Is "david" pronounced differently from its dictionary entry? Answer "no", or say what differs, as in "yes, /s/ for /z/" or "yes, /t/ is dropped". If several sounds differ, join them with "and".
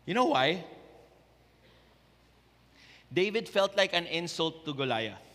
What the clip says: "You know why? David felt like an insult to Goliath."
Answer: no